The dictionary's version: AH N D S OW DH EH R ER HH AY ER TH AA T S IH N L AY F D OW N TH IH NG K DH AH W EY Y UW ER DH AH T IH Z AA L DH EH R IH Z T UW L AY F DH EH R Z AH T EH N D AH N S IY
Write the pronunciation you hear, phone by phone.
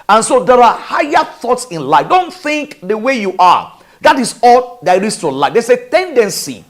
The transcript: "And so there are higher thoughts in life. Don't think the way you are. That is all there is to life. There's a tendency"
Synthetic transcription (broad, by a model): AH N S OW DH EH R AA HH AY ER TH AA T S IH N L AY F D OW N TH IH NG K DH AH W EY Y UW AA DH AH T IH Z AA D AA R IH S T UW L AY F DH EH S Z AH T EH N D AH N S IY